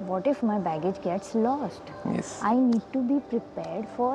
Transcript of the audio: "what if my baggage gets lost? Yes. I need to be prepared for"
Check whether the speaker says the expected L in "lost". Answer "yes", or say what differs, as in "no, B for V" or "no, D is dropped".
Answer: yes